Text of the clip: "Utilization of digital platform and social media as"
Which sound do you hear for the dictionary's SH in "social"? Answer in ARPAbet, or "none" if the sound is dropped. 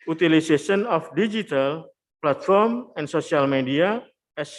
S